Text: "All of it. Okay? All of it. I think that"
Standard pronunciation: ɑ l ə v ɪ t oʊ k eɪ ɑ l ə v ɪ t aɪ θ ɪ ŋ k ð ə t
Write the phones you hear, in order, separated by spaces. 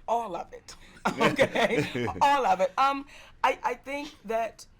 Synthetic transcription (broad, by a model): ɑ l ə v ɪ t oʊ k eɪ ɑ l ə v ɪ t aɪ θ ɪ ŋ k ð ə t